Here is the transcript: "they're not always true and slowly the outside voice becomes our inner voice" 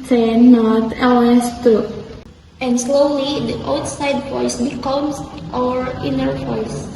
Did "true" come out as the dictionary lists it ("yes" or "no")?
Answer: no